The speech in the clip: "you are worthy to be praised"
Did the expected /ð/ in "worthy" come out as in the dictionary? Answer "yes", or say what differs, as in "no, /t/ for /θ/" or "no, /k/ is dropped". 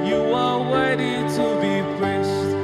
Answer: no, /ð/ is dropped